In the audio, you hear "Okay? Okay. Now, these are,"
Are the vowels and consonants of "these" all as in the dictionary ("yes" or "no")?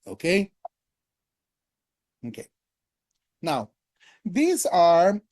yes